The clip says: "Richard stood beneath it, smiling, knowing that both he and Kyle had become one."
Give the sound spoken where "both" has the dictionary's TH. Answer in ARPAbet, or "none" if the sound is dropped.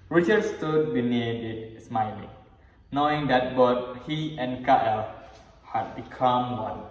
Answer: T